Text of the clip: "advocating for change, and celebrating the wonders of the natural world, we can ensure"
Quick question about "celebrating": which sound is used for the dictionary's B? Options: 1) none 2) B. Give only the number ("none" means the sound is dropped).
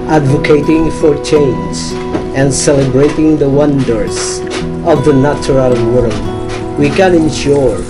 2